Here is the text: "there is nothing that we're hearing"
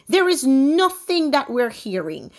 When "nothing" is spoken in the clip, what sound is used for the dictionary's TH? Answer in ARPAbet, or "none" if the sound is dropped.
TH